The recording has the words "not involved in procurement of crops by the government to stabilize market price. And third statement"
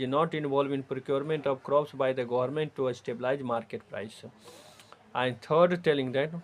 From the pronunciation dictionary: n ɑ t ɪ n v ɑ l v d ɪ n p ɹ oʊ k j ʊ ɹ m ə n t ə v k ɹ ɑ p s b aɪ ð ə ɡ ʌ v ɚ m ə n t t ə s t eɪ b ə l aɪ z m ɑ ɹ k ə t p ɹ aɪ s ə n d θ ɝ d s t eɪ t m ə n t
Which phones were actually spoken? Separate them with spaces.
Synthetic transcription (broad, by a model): n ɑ t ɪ n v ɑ l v ɪ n p ɹ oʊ k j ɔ ɹ m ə n t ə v k ɹ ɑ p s b aɪ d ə ɡ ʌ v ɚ m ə n t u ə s t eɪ b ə l aɪ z m ɑ ɹ k ə t p ɹ aɪ s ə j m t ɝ d t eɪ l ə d t